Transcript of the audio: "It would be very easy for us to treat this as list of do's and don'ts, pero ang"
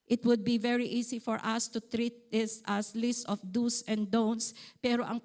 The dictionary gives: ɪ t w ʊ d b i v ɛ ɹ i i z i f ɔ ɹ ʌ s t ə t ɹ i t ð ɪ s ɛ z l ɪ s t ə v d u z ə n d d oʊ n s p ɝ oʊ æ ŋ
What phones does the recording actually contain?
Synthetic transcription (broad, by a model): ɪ t w ʊ d b i v ɛ ɹ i i s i f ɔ ɹ ʌ s t ə t ɹ i t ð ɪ s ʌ s l ɪ s t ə f d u s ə n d d oʊ n s p ɝ oʊ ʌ ŋ